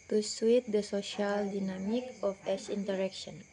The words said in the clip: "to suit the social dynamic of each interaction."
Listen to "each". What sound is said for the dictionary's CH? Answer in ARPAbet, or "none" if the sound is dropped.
S